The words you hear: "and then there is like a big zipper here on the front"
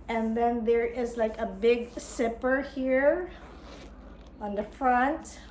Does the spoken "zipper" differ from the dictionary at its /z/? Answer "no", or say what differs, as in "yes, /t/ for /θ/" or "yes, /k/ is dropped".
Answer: yes, /s/ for /z/